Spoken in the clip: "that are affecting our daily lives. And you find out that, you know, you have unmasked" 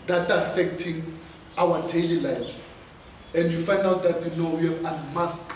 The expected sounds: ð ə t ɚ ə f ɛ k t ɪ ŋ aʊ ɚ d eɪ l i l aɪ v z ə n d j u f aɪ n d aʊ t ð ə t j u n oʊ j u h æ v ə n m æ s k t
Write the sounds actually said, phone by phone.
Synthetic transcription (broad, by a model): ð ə t ə f ɛ k t ɪ ŋ aʊ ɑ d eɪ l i l aɪ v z ə n d j u f aɪ n d aʊ t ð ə t j u n oʊ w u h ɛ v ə m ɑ s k